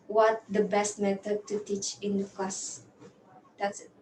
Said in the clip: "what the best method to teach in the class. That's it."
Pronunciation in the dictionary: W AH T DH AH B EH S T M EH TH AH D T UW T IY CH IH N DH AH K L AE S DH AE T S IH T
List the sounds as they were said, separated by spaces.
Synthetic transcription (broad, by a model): W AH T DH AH B EH S T M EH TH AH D T UW T IY CH IH N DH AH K AO S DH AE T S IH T